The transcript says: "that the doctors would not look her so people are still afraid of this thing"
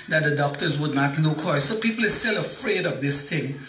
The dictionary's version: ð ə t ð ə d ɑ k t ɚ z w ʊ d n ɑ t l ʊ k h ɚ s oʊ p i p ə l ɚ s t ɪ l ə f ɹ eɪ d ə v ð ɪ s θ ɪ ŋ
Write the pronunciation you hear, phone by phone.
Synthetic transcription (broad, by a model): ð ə t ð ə d ɑ k t ɚ z w ʊ d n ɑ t n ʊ k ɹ s oʊ p i p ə l ɚ s t ɪ l ə f ɹ eɪ d ə v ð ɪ s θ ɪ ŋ